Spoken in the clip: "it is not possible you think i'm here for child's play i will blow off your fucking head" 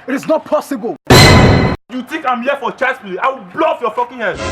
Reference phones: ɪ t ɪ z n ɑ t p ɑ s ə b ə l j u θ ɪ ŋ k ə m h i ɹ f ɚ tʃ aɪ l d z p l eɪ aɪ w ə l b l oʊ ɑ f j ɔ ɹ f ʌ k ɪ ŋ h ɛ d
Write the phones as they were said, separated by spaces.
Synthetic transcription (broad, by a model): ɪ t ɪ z n ɑ t p ɑ s ə b ə l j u t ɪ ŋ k ə m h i f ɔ tʃ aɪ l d s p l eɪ aɪ w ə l b l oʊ ɑ f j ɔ f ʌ k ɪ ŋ h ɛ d